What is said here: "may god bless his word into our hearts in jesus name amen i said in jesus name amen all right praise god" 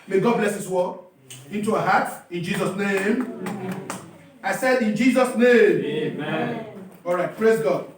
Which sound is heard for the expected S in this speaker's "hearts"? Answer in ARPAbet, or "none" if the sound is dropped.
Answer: none